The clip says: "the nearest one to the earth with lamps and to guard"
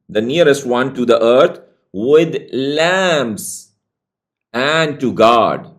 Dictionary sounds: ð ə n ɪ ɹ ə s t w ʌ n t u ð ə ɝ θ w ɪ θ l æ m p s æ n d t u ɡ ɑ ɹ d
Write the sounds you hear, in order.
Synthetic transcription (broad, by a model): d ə n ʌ ɹ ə s t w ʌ n t u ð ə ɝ t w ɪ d l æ m s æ n d t u ɡ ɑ d